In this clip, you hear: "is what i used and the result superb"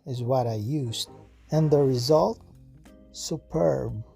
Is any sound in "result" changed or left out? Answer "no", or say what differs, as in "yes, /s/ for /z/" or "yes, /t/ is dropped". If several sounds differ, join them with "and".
no